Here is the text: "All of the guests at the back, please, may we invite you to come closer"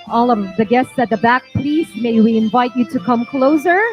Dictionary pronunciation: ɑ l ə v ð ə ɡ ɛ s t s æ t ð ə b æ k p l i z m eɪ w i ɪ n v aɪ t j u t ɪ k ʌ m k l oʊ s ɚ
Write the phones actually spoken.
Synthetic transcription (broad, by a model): ɑ l ə v ð ə ɡ ɛ s t s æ t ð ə b æ k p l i s m eɪ w i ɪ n v aɪ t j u t ɪ k ʌ m k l oʊ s ɚ